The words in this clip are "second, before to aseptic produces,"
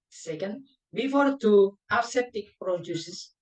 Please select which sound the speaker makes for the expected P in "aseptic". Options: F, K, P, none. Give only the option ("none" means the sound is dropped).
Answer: none